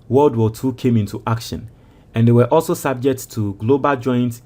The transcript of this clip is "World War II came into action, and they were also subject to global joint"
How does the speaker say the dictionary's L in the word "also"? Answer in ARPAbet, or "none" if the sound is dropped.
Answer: L